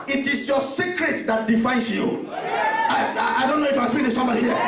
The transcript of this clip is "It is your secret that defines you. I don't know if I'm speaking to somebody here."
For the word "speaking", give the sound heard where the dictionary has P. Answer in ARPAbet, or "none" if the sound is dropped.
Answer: B